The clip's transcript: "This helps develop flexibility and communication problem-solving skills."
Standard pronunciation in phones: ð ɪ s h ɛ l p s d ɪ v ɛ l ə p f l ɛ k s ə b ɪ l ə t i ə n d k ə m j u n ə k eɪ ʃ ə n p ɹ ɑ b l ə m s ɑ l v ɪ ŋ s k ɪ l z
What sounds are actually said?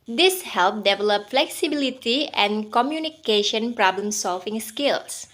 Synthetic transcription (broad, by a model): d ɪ s h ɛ l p d ɪ v ɛ l ə p f l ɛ k s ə b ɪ l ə t i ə n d k ə m j u n ə k eɪ ʃ ə n p ɹ ɑ b l ə m s ɑ l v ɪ ŋ s k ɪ l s